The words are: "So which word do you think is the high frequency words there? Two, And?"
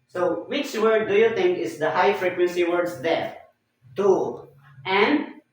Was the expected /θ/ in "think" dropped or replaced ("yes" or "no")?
yes